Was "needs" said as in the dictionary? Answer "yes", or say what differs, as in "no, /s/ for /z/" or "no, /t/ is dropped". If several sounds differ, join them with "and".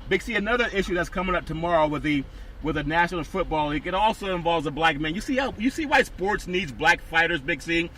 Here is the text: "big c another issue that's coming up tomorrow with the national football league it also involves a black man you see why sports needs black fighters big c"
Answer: yes